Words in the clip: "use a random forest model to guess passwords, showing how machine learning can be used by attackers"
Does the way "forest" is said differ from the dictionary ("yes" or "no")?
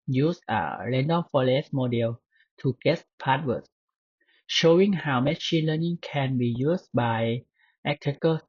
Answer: yes